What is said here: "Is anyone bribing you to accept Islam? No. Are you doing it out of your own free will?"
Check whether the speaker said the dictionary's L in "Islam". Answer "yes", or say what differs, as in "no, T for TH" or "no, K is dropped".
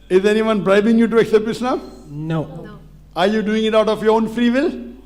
no, N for L